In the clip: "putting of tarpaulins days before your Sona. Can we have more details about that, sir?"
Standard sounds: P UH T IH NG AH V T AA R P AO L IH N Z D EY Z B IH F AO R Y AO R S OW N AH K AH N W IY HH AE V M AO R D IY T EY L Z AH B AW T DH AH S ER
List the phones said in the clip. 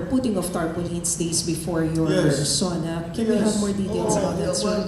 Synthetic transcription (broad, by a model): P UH T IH NG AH F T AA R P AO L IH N S D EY S B IH F AO R Y AO R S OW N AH K AH N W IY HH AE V M AO R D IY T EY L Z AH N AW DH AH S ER